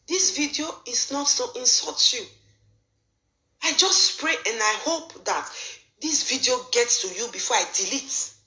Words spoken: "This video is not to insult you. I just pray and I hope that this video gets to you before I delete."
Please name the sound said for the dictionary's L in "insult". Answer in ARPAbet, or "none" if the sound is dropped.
none